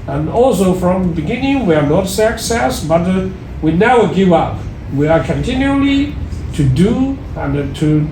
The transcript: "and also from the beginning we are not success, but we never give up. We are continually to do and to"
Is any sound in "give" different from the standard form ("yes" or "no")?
no